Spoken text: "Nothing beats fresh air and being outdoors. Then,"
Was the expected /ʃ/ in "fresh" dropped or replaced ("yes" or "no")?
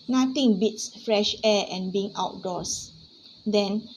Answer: no